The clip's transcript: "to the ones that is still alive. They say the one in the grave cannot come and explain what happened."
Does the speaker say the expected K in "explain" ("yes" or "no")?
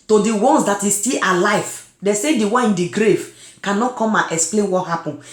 yes